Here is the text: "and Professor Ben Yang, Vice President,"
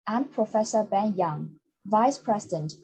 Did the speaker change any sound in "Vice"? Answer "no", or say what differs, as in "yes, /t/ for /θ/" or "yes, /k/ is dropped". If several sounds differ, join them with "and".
no